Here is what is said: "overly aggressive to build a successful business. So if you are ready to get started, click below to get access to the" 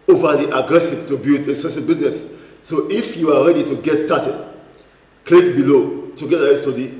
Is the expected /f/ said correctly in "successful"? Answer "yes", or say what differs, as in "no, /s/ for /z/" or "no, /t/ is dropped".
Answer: no, /f/ is dropped